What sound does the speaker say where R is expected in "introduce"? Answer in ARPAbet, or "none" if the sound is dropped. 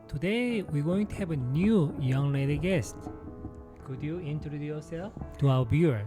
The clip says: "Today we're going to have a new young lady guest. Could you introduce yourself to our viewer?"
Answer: none